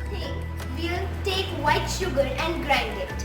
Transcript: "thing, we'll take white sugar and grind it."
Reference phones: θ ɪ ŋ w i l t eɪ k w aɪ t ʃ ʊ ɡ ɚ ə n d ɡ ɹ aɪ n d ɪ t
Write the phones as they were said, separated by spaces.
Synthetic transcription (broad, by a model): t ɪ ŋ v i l t eɪ k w aɪ t ʃ ʊ ɡ ɚ ə n d ɡ ɹ aɪ n d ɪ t